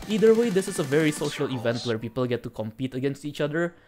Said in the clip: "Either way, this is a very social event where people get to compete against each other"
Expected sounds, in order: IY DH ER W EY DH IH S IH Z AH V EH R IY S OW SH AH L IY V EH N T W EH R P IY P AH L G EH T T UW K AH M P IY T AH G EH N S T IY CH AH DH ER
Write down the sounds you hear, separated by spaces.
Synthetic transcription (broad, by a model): IY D ER W EY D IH S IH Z AH V EH R IY S OW SH AH L IY V EH N T W EH R P IY P AH L G EH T T UW K AH M P IY T AH G EH N S T IY CH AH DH ER